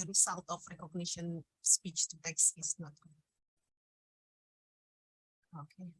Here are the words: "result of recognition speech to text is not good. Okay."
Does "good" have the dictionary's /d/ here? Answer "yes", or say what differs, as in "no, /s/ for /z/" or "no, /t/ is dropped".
no, /d/ is dropped